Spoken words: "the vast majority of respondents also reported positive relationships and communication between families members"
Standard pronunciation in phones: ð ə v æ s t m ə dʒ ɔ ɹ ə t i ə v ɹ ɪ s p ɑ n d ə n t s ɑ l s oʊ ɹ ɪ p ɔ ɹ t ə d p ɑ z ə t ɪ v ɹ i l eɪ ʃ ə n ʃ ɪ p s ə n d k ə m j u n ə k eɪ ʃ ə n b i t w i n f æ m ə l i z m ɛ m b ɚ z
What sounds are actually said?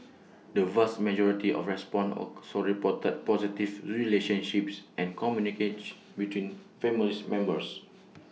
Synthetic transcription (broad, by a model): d ə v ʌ s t m ə dʒ ɔ ɹ ə t i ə f ɹ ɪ s p ɑ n n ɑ s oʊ ɹ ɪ p ɔ t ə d p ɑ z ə t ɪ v ɹ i l eɪ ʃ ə n ʃ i p s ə n k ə m j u n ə k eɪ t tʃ b i t w i n f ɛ m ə l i s m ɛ m b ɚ s